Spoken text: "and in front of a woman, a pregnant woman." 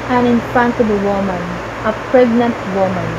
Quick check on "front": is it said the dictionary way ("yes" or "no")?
no